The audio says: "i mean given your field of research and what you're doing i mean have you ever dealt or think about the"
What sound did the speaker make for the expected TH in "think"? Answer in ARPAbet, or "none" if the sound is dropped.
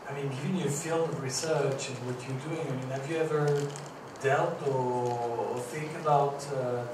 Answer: TH